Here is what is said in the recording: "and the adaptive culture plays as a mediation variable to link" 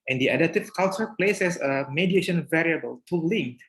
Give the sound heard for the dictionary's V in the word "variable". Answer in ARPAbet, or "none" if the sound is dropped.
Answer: V